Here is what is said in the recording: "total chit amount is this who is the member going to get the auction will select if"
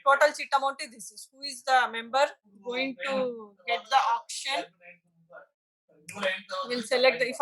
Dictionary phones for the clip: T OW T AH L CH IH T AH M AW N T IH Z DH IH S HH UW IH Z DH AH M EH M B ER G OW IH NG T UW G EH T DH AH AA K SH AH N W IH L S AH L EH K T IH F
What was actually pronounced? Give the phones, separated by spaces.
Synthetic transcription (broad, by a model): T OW T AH L S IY T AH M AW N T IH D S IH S HH UW IH Z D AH M EH M B ER G OW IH NG T UW G EH T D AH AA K SH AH N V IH L S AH L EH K T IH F